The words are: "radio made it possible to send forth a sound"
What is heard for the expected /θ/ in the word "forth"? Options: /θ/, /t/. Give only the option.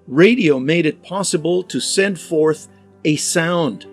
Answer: /θ/